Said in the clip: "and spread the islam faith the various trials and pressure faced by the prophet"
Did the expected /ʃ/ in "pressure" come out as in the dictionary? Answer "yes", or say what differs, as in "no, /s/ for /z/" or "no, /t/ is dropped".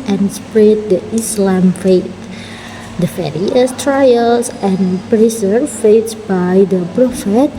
no, /s/ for /ʃ/